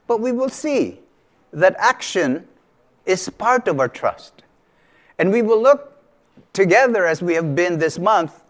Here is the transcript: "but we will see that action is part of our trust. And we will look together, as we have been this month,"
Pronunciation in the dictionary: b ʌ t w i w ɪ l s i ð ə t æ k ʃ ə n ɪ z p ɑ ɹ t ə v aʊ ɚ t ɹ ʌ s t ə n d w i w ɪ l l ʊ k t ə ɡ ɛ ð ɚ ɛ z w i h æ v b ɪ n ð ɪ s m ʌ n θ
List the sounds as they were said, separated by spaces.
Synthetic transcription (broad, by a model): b ʌ t w i w ɪ l s i ð ə t æ k ʃ ə n ɪ z p ɑ ɹ t ə v aʊ ɚ t ɹ ʌ s t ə n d w i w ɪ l l ʊ k t ə ɡ ɛ ð ɚ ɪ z w i h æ v b ɪ n ð ɪ s m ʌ n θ